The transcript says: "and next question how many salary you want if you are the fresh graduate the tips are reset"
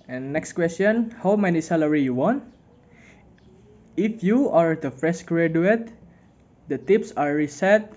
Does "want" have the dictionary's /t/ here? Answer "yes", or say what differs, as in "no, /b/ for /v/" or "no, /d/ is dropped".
yes